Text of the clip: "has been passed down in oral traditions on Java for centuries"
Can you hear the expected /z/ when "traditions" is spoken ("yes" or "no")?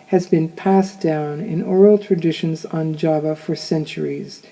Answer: yes